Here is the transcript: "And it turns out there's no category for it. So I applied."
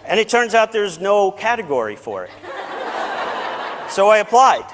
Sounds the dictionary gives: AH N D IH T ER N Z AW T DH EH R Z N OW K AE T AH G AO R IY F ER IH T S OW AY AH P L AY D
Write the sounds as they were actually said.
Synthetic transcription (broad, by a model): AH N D IH T ER N Z AW T DH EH R Z N OW K AE T AH G AO R IY F ER IH T S OW AY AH P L AY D